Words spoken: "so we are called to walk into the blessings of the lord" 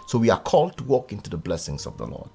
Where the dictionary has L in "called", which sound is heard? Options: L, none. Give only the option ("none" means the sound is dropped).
L